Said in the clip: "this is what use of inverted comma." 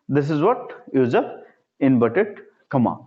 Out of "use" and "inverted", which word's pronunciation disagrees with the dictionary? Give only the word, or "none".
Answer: inverted